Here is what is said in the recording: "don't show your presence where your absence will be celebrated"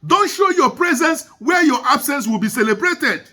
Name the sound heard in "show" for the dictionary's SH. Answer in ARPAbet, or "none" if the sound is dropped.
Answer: SH